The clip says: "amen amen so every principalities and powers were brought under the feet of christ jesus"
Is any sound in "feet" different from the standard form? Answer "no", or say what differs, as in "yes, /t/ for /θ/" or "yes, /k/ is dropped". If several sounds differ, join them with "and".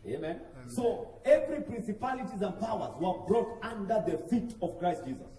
no